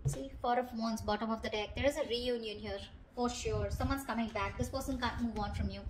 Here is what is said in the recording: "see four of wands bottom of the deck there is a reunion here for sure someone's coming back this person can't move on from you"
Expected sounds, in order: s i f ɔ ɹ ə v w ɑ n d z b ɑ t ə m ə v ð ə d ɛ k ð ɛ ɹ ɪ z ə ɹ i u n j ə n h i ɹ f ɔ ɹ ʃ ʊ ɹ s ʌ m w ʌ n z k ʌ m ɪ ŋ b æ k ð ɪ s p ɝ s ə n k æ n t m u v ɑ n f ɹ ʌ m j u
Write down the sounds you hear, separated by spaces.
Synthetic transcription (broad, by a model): s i f ɔ ɹ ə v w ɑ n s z b ɑ t ə m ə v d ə d ɛ k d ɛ ɹ ɪ z ə ɹ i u n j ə n h i ɹ f ɔ ɹ ʃ ʊ ɹ s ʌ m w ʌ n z k ʌ m ɪ ŋ b æ k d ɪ s p ɝ s ə n k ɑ n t m u v ɑ n f ɹ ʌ m j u